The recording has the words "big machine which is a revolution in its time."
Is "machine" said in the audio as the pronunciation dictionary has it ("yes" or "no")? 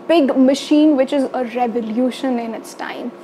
yes